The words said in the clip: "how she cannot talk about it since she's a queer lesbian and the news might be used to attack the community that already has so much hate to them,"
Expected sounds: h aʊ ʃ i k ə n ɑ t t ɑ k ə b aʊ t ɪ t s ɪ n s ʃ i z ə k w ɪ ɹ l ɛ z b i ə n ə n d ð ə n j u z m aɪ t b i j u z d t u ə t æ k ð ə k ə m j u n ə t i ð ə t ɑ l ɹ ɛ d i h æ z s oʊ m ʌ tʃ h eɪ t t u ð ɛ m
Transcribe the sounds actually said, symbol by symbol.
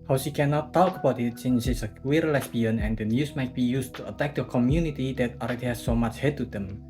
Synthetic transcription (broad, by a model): h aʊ ʃ i k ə n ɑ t t ɑ k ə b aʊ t ɪ t s ɪ n s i s ə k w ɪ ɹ l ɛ s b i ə n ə n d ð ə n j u s m aɪ t b i j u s t u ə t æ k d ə k ə m j u n ə t i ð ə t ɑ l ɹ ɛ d i h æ s oʊ m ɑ tʃ h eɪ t t u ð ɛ m